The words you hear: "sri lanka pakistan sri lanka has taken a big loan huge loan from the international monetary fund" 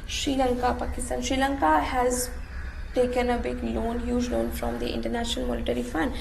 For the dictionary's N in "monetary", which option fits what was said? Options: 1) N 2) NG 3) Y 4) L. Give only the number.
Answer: 4